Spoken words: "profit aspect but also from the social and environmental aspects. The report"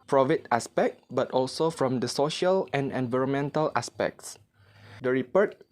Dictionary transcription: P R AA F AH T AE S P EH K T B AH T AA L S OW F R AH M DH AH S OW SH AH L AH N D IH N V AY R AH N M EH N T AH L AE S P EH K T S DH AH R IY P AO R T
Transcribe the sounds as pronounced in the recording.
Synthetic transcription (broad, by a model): P R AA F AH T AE S P EH K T B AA T AA L S OW F R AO M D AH S OW SH AH L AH N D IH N V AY R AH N M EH N T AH L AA S P EH K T S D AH R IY P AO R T